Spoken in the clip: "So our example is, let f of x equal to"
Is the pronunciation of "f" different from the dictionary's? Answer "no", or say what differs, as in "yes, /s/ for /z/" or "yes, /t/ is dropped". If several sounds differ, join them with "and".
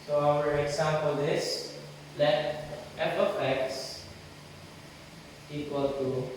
yes, /p/ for /f/